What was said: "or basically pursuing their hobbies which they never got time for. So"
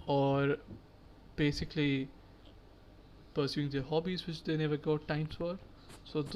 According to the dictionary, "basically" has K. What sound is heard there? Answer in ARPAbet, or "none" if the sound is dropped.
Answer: K